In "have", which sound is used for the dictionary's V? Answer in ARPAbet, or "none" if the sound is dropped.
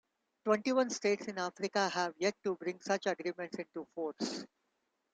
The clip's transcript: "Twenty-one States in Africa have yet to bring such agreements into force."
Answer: V